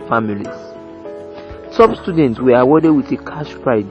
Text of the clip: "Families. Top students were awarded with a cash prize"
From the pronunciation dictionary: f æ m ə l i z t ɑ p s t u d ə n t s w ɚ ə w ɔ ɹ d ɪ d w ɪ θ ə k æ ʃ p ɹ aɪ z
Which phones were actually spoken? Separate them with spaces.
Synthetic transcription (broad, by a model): f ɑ m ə l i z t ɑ b s t u d ə n t s w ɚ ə w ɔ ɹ d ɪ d w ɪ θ ə k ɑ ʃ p ɹ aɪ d